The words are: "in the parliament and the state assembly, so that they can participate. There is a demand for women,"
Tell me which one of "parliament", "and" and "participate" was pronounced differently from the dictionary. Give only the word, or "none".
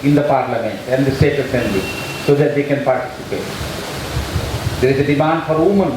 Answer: none